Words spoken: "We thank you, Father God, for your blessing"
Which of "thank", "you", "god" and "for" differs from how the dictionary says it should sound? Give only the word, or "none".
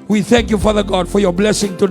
none